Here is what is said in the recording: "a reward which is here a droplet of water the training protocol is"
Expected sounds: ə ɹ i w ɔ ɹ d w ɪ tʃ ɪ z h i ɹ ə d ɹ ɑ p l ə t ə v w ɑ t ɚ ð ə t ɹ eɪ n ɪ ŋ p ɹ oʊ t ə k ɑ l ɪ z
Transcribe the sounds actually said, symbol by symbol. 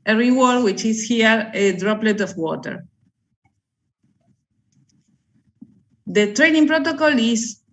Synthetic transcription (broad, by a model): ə ɹ i w ɔ ɹ d w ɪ tʃ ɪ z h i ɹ ə d ɹ ɑ p l ə t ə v w ɑ t ɚ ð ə t ɹ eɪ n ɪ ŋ p ɹ oʊ t ə k ɑ l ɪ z